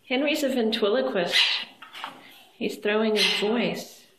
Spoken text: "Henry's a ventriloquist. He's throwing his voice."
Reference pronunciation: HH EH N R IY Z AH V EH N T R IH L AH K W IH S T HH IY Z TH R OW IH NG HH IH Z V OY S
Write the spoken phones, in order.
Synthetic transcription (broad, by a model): HH EH N R IY Z AH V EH N T W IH L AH K W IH S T HH IY Z TH R OW IH NG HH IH Z V OY S